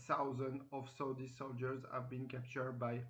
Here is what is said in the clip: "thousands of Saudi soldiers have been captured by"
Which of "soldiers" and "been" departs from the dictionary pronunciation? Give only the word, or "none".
none